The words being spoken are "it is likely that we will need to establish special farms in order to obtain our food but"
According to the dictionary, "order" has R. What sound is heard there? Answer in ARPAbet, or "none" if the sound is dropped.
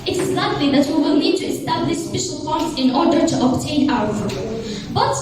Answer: R